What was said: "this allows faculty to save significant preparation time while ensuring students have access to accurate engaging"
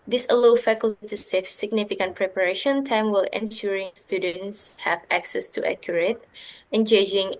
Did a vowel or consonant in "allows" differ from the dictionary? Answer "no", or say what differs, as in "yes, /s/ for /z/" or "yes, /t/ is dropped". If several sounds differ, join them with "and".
yes, /z/ is dropped